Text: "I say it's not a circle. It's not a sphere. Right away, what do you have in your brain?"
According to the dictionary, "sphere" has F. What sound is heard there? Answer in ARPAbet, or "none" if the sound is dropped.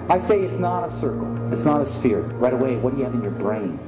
F